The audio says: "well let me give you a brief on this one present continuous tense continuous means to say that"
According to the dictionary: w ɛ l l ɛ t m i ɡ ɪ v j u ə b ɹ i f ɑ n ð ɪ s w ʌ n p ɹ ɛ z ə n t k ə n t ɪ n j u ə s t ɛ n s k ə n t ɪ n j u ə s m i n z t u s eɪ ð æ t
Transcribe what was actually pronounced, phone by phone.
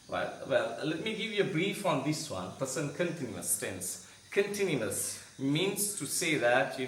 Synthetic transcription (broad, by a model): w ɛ l l ɛ t m i ɡ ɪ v j u ə b ɹ i f ɑ n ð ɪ s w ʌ n p ʌ s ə n k ə n t ɪ n j u ə s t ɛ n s k ə n t ɪ n j u ə s m i n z t u s eɪ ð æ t